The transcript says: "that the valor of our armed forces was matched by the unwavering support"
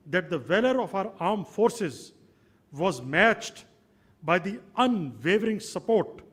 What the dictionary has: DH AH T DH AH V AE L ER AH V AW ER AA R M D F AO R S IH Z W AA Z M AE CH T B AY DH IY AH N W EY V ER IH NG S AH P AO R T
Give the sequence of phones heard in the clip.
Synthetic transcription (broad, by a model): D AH T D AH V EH L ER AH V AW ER AA R M F AO R S IH Z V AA Z M AE CH T B AY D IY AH N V EY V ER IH NG S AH P AO R T